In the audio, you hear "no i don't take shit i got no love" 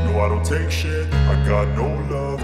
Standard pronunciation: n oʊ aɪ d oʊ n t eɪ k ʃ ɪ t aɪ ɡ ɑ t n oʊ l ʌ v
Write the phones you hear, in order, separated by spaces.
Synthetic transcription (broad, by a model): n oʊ aɪ d oʊ n t eɪ k ʃ ɪ t aɪ ɡ ɑ t n oʊ l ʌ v